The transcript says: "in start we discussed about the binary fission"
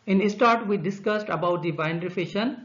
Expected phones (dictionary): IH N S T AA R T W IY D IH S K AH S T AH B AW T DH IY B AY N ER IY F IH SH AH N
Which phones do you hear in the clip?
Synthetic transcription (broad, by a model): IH N S T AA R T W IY D IH S K AH S T AH B AW T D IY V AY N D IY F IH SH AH N